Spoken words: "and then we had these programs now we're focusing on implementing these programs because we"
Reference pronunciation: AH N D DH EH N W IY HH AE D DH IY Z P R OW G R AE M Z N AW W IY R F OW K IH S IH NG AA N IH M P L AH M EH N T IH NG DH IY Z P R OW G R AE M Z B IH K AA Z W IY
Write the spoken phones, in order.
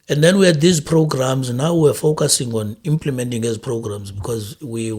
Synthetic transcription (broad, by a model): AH N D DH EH N W IY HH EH D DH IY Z P R OW G R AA M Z N AW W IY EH F OW K IH S IH NG AA N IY M P L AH M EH N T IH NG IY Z P R OW G R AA M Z B IH K AA Z W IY